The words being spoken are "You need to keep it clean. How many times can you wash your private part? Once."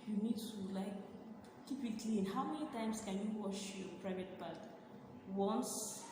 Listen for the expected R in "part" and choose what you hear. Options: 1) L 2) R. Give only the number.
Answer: 1